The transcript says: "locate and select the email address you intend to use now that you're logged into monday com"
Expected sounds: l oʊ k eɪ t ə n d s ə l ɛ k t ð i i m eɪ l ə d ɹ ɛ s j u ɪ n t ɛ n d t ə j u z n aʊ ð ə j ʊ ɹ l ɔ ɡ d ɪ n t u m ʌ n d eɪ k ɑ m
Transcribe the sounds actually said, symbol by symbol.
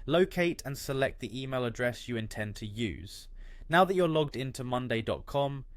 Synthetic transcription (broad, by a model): l oʊ k eɪ t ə n s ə l ɛ k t ð i i m eɪ l ə d ɹ ɛ s j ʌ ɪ n t ɛ n t ə j u z n aʊ ð ə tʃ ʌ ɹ l ɔ ɡ d ɪ n t u m ʌ n d eɪ k ɑ m